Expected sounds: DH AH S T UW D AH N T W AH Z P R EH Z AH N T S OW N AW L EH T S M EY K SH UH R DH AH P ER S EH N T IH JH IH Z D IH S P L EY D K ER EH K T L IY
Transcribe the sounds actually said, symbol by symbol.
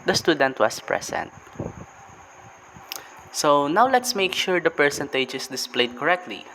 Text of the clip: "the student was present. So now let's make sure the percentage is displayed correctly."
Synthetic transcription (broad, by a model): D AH S T UW D AH N T W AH S P R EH S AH N T S OW N AW L EH T S M EY K SH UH R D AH P ER S EH N T IH JH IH S D IH S P L EY D K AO EH K T L IY